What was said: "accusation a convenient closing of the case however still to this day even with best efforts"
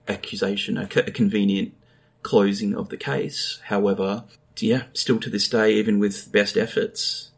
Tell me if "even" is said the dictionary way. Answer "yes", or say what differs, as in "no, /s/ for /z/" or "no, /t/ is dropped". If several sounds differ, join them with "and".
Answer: yes